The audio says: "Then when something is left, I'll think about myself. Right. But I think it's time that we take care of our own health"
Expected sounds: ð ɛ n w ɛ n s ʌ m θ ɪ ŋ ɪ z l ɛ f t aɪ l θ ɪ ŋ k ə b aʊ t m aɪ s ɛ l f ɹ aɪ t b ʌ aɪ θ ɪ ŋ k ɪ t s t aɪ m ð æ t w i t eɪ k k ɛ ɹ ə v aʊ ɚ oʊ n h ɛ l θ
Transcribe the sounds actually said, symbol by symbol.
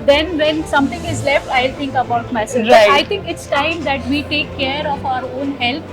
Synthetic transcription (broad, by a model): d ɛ n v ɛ n s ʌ m t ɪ ŋ ɪ z l ɛ f t aɪ l t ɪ ŋ k ə b aʊ t m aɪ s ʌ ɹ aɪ aɪ t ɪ ŋ k ɪ t s t aɪ m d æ t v i t eɪ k k ɛ ɹ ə f aʊ ɚ oʊ n h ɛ l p